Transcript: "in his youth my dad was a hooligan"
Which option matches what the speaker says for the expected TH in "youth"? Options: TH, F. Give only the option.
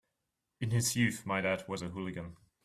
TH